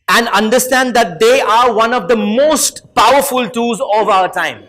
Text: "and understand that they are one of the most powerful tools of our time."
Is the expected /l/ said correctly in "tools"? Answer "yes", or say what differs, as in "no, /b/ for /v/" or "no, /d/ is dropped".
no, /l/ is dropped